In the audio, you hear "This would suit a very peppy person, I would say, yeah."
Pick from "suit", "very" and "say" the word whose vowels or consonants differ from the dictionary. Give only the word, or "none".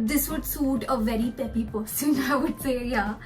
none